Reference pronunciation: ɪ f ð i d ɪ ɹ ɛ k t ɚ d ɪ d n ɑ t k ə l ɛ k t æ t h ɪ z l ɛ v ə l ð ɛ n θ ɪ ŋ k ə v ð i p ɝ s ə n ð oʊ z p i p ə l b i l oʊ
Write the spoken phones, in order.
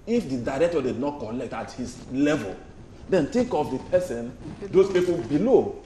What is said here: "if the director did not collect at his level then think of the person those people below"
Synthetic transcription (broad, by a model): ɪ f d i d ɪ ɹ ɛ k t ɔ d ɪ d n ɑ t k ə l ɛ k t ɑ t h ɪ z l ɛ v ə l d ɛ n t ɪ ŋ k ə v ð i p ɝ s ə n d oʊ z p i p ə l b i l oʊ